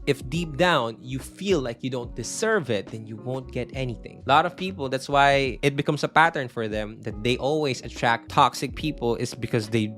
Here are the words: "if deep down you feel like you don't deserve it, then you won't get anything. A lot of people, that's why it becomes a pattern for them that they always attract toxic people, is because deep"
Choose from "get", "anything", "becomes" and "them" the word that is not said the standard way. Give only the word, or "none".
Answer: becomes